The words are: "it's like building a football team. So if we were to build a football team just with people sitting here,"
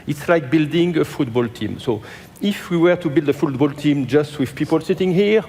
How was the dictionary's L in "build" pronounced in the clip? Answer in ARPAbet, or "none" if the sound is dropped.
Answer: L